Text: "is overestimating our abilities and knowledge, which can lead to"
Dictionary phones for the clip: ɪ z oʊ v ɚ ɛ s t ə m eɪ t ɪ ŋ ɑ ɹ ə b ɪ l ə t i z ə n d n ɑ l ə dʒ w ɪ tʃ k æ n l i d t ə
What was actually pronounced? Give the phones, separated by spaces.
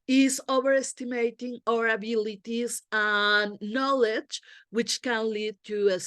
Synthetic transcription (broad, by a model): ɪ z oʊ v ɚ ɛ s t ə m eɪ t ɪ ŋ ɑ ɹ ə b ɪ l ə t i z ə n n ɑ l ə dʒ w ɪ tʃ k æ n l i d t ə